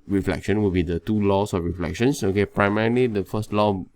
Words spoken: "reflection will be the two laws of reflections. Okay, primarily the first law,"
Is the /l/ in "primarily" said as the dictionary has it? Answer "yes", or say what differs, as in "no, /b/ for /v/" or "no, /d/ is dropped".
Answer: yes